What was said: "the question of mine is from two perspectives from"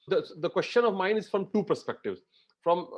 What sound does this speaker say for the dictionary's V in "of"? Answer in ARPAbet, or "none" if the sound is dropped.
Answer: V